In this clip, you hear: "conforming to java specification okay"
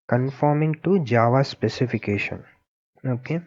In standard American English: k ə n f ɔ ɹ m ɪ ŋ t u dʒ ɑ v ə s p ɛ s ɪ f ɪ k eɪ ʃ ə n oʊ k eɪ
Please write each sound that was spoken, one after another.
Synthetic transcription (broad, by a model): k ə n f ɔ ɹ m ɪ ŋ t u dʒ ɑ v ə s p ɛ s ɪ f ɪ k eɪ ʃ ə n oʊ k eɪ